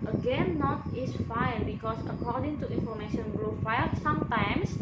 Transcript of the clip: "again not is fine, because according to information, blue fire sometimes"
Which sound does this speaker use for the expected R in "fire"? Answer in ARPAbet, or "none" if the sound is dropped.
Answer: L